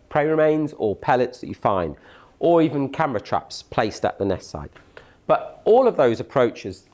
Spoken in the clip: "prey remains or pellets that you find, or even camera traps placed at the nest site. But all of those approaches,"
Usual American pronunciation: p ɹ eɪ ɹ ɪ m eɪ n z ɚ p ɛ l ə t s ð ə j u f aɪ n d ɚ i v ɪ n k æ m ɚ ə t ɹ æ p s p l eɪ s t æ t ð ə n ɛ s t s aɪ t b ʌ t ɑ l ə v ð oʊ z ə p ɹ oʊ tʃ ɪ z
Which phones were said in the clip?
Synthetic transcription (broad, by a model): p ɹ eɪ ɹ ɪ m eɪ n z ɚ p ɛ l ə t s ð ə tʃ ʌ f aɪ n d ɚ i v ɪ n k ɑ m ɚ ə t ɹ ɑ p s p l eɪ s t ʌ t ð ə n ɛ s t s aɪ t b ʌ t ɑ l ə v ð oʊ z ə p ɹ oʊ tʃ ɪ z